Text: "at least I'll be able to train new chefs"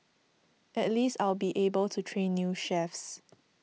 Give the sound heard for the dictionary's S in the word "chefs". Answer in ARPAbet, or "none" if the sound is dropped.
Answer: S